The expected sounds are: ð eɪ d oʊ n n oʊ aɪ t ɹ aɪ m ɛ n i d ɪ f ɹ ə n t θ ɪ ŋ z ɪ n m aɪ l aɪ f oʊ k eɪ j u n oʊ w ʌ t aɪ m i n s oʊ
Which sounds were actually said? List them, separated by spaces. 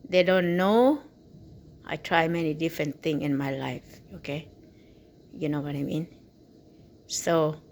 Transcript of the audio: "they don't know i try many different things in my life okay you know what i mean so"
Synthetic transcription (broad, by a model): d eɪ d oʊ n n oʊ aɪ t ɹ aɪ m ɛ n i d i f ɹ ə n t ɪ ŋ ɪ n m aɪ l aɪ f oʊ k eɪ j u n oʊ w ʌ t aɪ m i n s oʊ